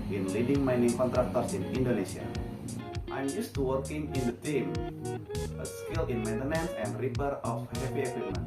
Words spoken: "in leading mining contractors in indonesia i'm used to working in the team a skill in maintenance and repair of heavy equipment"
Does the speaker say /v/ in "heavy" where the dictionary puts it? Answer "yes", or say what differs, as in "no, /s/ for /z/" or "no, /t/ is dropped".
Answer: no, /p/ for /v/